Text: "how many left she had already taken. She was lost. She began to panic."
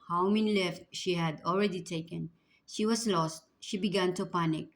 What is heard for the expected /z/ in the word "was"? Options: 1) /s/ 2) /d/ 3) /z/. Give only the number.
1